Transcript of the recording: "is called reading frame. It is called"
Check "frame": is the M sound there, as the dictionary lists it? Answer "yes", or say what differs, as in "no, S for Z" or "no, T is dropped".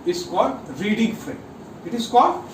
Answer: no, M is dropped